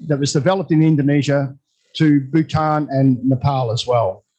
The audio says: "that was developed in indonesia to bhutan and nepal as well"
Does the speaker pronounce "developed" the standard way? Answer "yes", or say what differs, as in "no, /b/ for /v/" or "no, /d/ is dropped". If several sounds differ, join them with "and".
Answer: yes